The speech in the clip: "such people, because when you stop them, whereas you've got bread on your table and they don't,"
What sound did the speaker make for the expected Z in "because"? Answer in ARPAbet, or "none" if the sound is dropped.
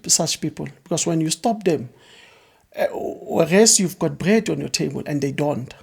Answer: S